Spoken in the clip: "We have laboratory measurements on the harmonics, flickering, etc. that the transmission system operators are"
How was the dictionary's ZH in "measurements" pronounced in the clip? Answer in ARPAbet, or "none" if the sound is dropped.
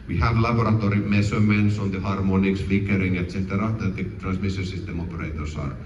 S